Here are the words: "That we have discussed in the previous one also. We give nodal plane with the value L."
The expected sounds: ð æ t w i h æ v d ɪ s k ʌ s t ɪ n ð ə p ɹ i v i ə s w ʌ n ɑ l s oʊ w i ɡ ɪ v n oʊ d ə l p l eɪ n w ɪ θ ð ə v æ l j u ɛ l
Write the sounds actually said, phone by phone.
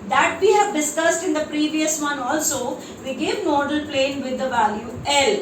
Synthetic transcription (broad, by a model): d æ t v i h æ v d ɪ s k ʌ s t ɪ n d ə p ɹ i v i ə s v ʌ n ɑ l s oʊ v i ɡ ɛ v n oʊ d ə l p l eɪ n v ɪ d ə v æ l j u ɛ l